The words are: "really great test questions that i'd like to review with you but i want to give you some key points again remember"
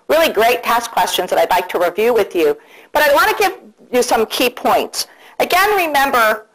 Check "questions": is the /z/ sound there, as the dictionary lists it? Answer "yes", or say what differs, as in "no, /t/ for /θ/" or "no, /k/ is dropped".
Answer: yes